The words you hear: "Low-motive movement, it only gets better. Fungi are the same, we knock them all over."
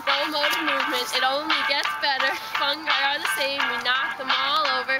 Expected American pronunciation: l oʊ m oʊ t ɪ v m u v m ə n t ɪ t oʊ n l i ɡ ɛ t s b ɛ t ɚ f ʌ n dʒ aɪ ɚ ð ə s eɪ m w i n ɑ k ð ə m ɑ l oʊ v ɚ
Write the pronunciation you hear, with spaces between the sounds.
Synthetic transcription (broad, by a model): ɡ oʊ m oʊ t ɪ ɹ m u v m ə n t ɪ t oʊ n l i ɡ ɛ t s b ɛ t ɚ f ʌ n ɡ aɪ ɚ ð ə s eɪ m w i n ɑ k ð ə m ɑ l oʊ v ɚ